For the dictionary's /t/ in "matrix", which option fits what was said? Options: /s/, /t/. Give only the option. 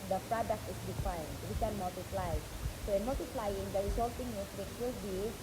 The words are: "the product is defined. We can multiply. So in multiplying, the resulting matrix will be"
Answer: /s/